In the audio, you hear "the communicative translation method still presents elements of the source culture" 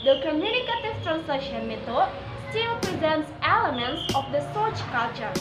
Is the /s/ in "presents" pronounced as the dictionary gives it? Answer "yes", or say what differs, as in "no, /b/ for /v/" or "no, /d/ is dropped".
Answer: yes